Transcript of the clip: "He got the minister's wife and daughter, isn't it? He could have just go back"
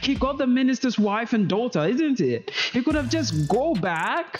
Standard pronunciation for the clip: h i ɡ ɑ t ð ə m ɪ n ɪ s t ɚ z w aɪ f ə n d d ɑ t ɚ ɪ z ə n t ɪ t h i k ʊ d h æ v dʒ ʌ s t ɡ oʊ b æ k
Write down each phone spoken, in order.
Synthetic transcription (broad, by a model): h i ɡ ɑ t ð ə m ɪ n ɪ s t ɚ z w aɪ f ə n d d ɑ t ɚ ɪ z ə n t ɪ t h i k ʊ d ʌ v dʒ ʌ s ɡ oʊ b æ k